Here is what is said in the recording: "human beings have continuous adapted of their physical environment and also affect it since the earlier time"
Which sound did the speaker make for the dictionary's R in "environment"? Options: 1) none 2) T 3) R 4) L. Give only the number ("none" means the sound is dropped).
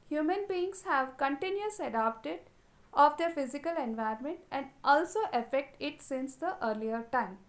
1